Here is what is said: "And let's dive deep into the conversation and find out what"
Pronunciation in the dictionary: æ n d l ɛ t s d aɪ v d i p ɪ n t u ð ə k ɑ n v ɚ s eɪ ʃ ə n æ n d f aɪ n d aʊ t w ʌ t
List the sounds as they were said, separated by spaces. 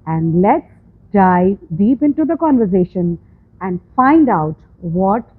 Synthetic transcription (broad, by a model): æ n d l ɛ t s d aɪ d i p ɪ n t u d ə k ɑ n v ɚ s eɪ ʃ ə n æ n d f aɪ n d aʊ t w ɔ t